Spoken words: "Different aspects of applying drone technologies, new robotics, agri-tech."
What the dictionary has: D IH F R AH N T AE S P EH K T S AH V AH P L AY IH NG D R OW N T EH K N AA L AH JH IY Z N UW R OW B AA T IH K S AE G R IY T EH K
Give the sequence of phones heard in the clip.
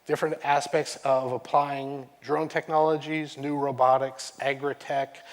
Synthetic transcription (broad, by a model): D IH F R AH N T AE S P EH K T S AH V AH P L AY IH NG D R OW N T EH K N AA L AH JH IY Z N UW R OW B AA T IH K S AE G R IY T EH K